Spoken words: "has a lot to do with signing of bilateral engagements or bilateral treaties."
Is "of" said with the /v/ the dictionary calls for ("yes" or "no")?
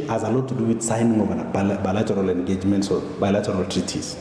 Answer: no